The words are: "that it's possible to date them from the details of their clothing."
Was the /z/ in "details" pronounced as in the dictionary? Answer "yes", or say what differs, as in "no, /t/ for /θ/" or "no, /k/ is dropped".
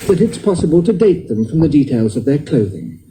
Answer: yes